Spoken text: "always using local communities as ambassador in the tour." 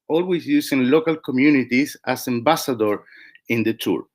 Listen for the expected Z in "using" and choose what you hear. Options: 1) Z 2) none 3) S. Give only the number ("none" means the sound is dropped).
3